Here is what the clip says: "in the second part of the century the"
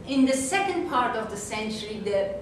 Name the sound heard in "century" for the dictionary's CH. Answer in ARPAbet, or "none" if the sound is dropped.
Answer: CH